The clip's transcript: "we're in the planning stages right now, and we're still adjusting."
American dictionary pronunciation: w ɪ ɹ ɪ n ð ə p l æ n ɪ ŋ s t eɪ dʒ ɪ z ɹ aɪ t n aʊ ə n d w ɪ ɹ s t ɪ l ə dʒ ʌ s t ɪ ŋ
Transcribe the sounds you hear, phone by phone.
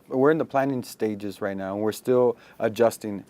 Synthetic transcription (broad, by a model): w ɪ ɹ ɪ n ð ə p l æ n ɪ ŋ s t eɪ dʒ ɪ z ɹ aɪ t n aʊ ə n w ɪ ɹ s t ɪ l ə dʒ ʌ s t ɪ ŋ